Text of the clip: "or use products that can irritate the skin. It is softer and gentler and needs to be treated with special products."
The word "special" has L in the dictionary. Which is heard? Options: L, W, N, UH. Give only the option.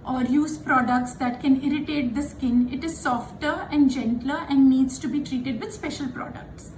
L